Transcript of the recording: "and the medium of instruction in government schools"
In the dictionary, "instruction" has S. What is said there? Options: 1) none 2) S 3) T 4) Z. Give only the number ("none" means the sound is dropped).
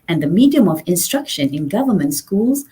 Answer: 2